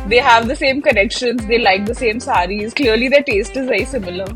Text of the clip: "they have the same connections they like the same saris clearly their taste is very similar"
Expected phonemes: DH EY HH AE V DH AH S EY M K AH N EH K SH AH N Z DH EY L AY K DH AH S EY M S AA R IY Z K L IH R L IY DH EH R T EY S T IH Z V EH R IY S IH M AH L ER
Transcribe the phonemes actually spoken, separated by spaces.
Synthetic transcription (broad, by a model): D EY HH AE V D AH S EY M K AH N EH K SH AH N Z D EY L AY K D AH S EY M S AA R IY Z K L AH R L IY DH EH T EY S T IH Z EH IY S IH M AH L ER